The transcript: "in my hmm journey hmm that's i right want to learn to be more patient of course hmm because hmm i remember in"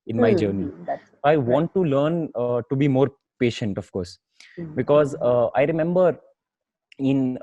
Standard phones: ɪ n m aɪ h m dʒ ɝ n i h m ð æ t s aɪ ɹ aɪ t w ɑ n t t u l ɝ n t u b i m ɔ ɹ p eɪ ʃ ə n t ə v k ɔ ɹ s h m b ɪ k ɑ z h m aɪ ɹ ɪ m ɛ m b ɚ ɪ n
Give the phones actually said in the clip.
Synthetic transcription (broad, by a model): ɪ n m aɪ dʒ ɝ n i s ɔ aɪ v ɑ n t t u l ɝ n t u b i m ɔ ɹ p eɪ ʃ ə n t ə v k ɔ ɹ s b ɪ k ɑ z aɪ ɹ ɪ m ɛ m b ɚ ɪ n